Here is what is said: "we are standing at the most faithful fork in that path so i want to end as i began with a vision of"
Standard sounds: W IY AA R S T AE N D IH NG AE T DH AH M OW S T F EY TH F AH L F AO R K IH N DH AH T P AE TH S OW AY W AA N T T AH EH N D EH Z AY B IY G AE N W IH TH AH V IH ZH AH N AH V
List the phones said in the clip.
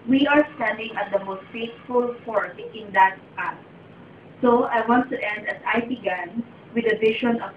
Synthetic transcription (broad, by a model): W IY AA R S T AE N D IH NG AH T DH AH M OW S T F EY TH F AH L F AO R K IH N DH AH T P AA S S OW AY W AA N T T EH N D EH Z AY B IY G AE N W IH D AH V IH SH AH N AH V